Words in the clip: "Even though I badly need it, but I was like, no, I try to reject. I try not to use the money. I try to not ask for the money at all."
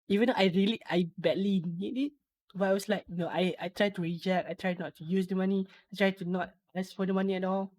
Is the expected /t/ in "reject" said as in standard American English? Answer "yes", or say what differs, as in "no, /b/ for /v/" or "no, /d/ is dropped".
no, /t/ is dropped